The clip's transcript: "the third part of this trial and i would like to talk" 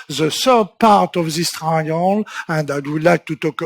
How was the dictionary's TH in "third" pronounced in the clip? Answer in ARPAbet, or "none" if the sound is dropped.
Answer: S